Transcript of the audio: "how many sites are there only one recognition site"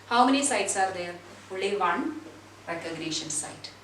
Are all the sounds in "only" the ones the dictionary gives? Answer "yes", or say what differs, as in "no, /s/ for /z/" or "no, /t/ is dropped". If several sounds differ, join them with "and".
no, /n/ is dropped